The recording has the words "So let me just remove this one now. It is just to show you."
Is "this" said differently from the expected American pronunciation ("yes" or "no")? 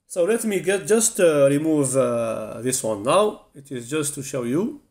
no